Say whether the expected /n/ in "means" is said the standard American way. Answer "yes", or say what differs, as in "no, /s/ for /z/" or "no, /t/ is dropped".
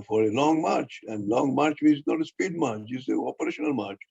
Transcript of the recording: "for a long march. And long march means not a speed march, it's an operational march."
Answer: no, /n/ is dropped